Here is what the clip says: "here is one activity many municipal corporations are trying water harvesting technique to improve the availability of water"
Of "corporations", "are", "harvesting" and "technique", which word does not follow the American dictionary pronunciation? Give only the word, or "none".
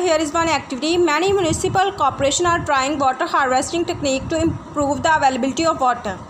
corporations